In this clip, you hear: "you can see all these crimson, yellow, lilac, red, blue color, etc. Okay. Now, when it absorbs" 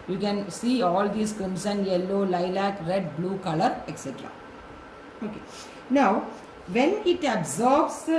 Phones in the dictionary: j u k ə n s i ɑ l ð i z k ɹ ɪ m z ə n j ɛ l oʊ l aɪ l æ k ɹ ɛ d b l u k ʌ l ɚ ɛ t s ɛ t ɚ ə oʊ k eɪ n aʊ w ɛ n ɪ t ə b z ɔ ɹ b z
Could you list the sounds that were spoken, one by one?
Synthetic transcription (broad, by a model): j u k ə n s i ɑ l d i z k ɪ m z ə n j ɛ l oʊ l aɪ l æ k ɹ ɛ d b l u k ʌ l ɚ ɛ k s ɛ t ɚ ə oʊ k eɪ n aʊ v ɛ n ɪ t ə b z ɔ ɹ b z